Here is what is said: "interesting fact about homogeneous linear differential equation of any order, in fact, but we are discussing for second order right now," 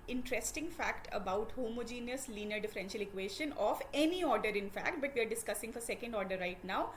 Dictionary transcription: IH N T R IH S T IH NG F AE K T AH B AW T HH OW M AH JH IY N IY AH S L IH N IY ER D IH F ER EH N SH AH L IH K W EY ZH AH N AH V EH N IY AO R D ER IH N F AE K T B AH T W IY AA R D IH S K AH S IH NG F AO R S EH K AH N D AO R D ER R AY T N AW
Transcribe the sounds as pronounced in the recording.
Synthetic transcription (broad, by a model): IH N T R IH S T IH NG F AE K T AH B AW T HH OW M AH JH IY N IY AH S L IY N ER D IH F ER EH N SH AH L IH K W EY SH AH N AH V EH N IY AO R D ER IH N F AE K T B AH T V IY AA R D IH S K AH S IH NG F AO R S EH K AH N D AO R D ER R AY T N AW